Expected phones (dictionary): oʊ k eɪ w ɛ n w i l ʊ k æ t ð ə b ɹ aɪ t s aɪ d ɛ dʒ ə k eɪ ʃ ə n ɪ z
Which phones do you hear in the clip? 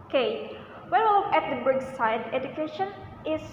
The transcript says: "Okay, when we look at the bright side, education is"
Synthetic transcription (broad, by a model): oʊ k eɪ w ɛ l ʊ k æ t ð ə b aɪ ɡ s aɪ d ɛ dʒ ə k eɪ ʃ ə n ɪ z